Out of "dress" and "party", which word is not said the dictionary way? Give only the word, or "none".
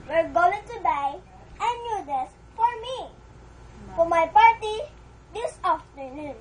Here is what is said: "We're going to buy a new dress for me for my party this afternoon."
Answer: dress